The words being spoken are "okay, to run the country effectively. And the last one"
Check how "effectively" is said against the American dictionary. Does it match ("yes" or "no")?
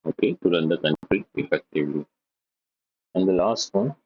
no